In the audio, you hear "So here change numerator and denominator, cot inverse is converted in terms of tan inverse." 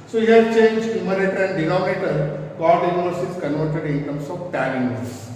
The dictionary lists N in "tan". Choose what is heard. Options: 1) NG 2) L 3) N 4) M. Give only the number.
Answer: 2